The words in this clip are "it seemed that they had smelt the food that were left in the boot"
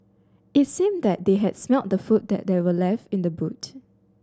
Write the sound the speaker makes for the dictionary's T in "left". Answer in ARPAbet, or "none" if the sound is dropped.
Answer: T